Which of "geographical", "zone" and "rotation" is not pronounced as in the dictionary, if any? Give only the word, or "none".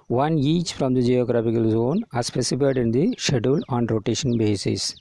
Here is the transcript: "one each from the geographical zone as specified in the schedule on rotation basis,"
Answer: geographical